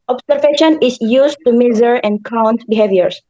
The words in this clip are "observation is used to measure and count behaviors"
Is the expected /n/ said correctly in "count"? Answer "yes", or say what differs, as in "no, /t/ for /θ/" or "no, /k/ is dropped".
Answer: yes